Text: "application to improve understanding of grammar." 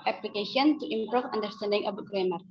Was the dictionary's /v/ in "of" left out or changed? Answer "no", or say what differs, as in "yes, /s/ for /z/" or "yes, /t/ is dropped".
yes, /b/ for /v/